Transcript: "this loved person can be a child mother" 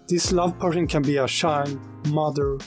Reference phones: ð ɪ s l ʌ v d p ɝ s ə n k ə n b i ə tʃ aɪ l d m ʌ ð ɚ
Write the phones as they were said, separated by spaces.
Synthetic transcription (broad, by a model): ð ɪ s l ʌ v p ɝ s ə n k ə n b i ə ʃ aɪ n m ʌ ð ɚ